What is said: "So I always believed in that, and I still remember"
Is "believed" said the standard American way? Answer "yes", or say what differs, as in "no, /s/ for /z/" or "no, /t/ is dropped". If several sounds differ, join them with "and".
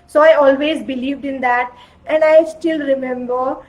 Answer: yes